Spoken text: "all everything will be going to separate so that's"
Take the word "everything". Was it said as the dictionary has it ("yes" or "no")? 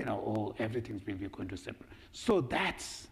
no